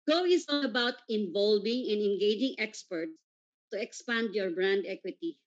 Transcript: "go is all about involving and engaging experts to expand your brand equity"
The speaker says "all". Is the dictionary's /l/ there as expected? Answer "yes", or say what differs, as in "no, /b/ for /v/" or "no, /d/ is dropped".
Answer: no, /n/ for /l/